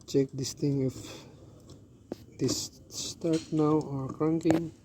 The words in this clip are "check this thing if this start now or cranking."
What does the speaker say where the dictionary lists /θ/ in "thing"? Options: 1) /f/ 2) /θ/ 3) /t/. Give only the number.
3